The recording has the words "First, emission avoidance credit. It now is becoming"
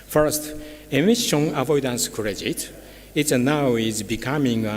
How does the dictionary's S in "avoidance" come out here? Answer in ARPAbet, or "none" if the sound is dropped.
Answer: S